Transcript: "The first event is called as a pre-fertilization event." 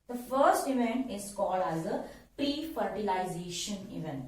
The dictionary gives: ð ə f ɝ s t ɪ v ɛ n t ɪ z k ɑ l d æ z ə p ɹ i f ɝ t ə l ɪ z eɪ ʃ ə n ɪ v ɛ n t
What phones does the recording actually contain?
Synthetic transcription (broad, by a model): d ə f ɝ s t ɪ v ɛ n t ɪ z k ɑ l d æ z ə p ɹ i f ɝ t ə l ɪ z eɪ ʃ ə n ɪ v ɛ n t